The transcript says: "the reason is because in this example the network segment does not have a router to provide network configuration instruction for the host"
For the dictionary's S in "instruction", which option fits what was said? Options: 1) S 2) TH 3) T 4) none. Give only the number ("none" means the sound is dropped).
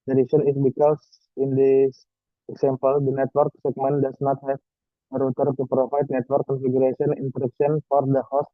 4